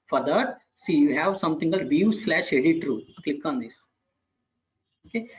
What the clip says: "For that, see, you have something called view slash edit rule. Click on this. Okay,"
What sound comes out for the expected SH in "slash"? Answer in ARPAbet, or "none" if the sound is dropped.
SH